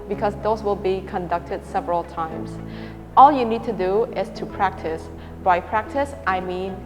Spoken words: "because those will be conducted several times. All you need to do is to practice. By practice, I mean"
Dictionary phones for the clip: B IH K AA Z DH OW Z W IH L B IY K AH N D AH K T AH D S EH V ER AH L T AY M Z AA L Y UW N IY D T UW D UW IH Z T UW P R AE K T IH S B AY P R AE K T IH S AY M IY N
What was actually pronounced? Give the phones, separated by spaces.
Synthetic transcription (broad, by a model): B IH K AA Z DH OW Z W IH L B IY K AH N D AH K T AH D S EH V ER AH L T AY M S AA L Y UW N IY D T UW D UW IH S T UW P R AE K T IH S B AY P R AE K T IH S AY M IY N